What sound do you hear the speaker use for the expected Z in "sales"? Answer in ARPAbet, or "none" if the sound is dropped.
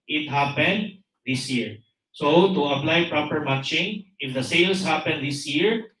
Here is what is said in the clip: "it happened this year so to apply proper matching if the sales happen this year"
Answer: S